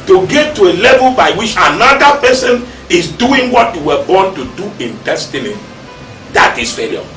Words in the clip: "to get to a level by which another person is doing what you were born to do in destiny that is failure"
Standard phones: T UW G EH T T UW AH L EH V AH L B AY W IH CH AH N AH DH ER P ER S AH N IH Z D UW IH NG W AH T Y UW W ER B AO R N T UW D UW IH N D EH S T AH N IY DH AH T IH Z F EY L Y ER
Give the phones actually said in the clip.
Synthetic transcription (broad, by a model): T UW G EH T T UW AH L EH V AH L B AY W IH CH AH N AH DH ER P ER S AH N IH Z D UW IH NG W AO T Y UW W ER B AO N T UW D UW IH N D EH S T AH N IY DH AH T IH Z F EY L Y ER